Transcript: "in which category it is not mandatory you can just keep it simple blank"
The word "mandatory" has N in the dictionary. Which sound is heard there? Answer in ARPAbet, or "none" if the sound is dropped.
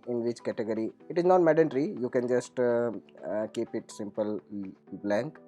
none